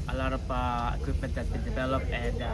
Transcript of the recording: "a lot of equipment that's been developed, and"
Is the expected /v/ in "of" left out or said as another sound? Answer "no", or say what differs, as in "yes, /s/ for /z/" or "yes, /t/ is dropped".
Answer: yes, /p/ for /v/